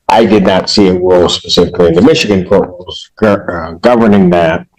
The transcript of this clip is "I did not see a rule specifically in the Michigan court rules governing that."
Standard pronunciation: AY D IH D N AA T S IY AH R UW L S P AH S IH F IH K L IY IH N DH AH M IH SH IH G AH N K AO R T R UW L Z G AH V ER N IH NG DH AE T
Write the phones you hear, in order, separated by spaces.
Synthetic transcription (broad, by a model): AY D IH D N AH T S IY AH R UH L S P AH S IH F IH K L IY IH N DH AH M IH SH IH G AH N K AO R T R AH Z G G AH V ER N IH NG DH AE T